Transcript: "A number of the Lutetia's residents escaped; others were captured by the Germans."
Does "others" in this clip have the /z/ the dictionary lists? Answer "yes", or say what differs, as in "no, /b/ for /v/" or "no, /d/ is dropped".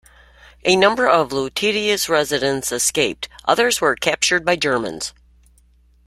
yes